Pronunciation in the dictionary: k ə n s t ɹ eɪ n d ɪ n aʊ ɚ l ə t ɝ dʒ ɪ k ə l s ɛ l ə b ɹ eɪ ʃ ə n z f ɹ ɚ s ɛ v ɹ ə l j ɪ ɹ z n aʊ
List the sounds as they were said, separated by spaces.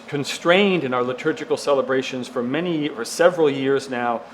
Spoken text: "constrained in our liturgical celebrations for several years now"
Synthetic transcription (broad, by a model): k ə n s t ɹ eɪ n d ɪ n aʊ ɚ l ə t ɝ dʒ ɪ k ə l s ɛ l ə b ɹ eɪ ʃ ə n z f ɹ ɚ s ɛ v ɹ ə l j ɪ ɹ z n aʊ